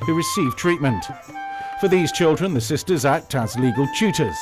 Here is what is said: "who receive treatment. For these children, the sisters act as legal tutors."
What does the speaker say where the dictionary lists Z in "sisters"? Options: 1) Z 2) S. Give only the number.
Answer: 1